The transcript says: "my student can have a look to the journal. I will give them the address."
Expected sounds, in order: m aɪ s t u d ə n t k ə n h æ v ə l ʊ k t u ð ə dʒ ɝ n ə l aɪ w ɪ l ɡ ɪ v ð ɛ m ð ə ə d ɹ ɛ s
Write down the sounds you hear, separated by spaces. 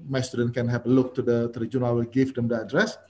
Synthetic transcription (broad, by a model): m aɪ s t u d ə n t k ə n h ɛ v ə l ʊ k t u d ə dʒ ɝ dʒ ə n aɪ w ɪ l ɡ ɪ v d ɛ m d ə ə d ɹ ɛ s